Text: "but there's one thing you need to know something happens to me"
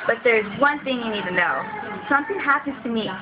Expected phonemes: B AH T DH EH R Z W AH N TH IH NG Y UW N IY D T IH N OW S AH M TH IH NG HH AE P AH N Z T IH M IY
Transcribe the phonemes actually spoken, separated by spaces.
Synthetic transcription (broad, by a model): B AH T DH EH R Z W AH N TH IH NG Y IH N IY D T IH N OW S AH M TH IH NG HH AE P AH N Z T IH M IY